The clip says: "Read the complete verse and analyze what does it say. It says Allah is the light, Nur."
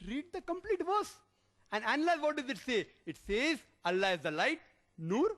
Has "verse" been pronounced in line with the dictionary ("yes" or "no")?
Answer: yes